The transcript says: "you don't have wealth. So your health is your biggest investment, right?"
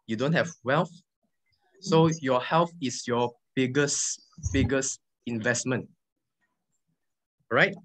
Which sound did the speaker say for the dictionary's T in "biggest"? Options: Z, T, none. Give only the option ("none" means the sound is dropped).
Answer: none